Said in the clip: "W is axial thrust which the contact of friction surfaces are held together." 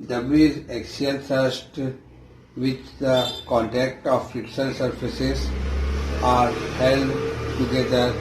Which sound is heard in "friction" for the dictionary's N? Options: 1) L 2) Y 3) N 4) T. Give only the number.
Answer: 1